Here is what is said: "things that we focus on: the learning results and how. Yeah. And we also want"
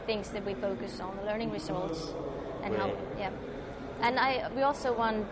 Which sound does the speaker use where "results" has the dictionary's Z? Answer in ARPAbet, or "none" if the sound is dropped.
S